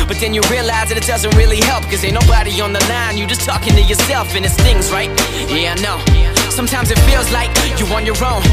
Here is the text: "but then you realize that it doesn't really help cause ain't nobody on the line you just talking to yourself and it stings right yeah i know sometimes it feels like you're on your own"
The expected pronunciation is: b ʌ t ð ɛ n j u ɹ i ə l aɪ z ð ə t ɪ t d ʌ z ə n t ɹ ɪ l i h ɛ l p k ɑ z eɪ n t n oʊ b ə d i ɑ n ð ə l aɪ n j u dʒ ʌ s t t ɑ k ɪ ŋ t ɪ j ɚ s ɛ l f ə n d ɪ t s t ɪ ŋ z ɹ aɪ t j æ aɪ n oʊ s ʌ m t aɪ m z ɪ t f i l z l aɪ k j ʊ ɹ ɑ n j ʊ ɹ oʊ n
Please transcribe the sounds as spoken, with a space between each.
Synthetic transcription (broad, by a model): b ʌ t ð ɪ n j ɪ ɹ i ə l aɪ z ð ə t ɪ t d ʌ z ə n t ɹ ɪ l i h ɛ l p k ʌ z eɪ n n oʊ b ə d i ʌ n ð ə l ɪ n j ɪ dʒ ʌ s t t ɑ k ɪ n t ɪ j ɚ s ɛ l f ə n ɪ t s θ ɪ ŋ z ɹ aɪ t j æ n oʊ s ʌ m t aɪ m z ɪ t f i l z l aɪ k j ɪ w ɑ n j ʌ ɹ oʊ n